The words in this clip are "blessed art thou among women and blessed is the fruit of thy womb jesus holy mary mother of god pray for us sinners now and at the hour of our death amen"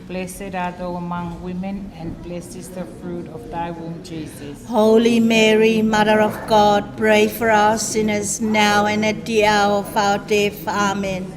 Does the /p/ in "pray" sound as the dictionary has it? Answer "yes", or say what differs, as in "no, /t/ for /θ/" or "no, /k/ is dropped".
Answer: yes